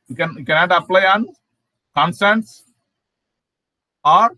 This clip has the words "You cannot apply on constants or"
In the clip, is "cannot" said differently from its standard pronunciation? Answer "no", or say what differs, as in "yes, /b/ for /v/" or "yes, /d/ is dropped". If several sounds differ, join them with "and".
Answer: no